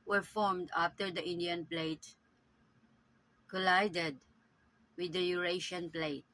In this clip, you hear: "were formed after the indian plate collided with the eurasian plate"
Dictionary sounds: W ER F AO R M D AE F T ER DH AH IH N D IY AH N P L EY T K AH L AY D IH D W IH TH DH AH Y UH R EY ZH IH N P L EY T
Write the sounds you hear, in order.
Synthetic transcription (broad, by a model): W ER F AO R M D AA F T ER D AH IH N D IY AH N P L EY T K AH L AY D IH D W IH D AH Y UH R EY SH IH N P L EY T